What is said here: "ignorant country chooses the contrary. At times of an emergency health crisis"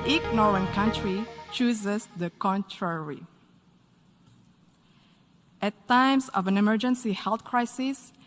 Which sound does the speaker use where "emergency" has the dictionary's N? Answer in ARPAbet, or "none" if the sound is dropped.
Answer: N